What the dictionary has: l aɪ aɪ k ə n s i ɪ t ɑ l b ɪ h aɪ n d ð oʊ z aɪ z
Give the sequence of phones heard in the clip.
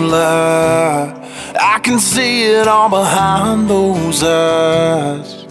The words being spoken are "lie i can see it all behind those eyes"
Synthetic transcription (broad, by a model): l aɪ aɪ k ə n s i ɪ t ɑ l b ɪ h aɪ n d ð oʊ z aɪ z